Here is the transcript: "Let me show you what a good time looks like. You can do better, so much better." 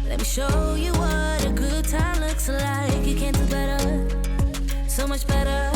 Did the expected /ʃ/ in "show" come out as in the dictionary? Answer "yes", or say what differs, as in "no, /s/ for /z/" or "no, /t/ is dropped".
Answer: yes